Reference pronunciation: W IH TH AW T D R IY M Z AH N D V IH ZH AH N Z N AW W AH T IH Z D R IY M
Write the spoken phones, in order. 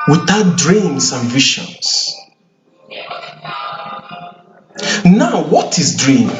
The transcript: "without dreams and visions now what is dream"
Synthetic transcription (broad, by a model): W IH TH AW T D R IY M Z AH N V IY SH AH N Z N AW W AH T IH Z D R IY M